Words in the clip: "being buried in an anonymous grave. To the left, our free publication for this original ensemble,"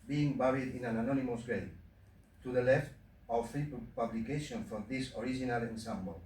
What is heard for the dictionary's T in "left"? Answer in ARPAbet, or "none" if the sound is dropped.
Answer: T